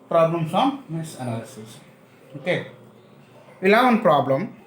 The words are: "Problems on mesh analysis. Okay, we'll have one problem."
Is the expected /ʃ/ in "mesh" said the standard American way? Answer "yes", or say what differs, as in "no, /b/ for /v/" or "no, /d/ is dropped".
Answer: no, /s/ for /ʃ/